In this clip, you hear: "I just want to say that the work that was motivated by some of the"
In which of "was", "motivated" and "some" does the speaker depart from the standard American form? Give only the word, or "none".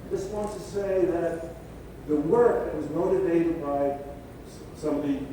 none